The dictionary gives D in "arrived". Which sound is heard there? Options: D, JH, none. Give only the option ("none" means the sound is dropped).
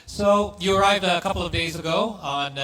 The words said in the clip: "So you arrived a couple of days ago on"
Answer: D